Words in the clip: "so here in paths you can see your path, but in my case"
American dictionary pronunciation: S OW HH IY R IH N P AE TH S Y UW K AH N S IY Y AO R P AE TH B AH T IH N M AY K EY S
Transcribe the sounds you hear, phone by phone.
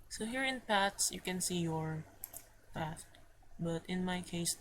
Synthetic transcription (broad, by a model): S OW HH IY R IH N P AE T S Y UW K AH N S IY Y AO R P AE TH B AH T IH N M AY K EY S